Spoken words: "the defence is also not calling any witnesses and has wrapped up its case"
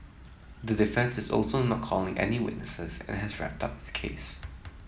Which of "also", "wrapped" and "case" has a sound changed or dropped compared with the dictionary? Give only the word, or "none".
none